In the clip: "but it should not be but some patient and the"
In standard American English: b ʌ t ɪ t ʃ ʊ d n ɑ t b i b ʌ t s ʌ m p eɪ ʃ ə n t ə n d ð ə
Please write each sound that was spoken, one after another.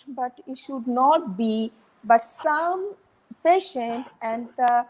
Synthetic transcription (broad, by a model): b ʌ t ɪ t ʃ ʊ d n ɑ t b i b ʌ t s ʌ m p eɪ ʃ ə n t ə n d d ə